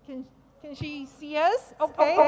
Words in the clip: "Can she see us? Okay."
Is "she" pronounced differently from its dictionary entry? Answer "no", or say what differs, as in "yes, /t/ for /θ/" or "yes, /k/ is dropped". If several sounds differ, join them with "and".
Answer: no